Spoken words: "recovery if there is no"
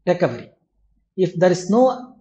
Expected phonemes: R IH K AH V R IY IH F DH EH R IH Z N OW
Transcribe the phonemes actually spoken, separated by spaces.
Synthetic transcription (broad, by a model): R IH K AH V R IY IH F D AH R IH S N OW